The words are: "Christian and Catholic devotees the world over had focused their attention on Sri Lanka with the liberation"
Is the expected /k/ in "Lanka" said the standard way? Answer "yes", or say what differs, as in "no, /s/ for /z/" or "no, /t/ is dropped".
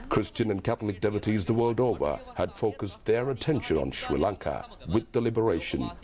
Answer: yes